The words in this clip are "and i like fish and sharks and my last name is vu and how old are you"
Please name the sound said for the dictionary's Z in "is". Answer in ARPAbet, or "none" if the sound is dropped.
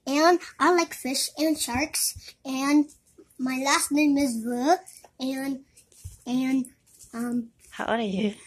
Z